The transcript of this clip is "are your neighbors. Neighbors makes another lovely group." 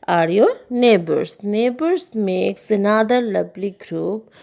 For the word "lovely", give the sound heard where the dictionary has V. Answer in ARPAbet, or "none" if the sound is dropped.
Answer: B